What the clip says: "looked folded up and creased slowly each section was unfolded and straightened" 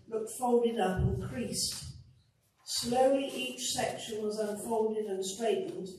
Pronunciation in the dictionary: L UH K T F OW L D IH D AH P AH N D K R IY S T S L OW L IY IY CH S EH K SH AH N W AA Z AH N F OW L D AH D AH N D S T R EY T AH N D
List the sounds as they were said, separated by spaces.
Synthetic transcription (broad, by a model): L UH K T F OW L D IH D AH P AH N K R IY S T S L OW L IY IY CH S EH K SH AH N W AA Z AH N F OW L D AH D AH N S T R EY T N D